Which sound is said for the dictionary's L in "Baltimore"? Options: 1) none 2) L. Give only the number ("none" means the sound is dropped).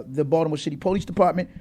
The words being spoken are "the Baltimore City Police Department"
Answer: 1